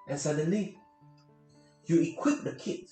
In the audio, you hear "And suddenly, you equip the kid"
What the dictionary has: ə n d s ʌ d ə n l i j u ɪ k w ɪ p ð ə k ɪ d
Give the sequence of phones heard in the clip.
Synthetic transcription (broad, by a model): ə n s ʌ d ə n l i j u ɪ k w ɪ p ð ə k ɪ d